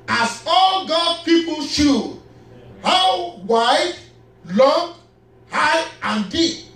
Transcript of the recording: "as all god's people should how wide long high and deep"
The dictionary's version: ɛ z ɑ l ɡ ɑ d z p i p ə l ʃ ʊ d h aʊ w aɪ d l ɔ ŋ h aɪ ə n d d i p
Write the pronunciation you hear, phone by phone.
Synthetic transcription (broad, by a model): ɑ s ɑ l ɡ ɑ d p i p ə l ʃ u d h aʊ w aɪ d l ɔ ŋ h aɪ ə n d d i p